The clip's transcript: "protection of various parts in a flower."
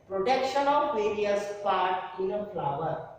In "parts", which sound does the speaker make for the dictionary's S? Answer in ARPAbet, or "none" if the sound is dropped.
none